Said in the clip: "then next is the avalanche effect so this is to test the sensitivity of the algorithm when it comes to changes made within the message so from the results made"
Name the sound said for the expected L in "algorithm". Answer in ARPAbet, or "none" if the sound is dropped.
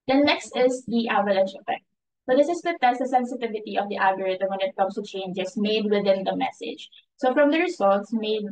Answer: none